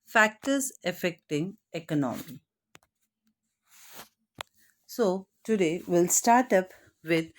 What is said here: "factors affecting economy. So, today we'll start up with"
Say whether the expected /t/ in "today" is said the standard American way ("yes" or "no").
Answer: yes